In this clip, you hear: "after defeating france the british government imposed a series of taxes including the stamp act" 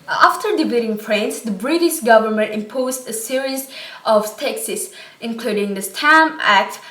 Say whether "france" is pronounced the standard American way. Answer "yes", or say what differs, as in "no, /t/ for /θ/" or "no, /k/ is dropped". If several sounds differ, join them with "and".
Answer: no, /p/ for /f/